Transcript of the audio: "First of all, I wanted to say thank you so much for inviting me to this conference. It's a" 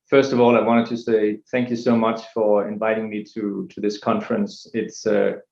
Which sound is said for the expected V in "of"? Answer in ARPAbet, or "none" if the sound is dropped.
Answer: V